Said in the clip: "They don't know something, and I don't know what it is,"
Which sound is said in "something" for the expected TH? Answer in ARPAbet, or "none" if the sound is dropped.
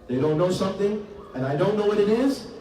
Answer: TH